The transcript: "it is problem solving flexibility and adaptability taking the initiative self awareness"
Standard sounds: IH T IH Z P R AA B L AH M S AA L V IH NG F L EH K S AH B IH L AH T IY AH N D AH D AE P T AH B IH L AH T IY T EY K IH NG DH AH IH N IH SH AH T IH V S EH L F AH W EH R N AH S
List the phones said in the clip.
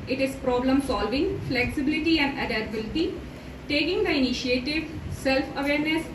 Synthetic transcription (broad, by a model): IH T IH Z P R AA B L AH M S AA L V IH NG F L EH K S AH B IH L AH T IY AH N D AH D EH T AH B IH L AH T IY T EY K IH NG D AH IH N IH SH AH T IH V S EH L F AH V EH R N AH S